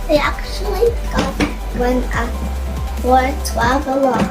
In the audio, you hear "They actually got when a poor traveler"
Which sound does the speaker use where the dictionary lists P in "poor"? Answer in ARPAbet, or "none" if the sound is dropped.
F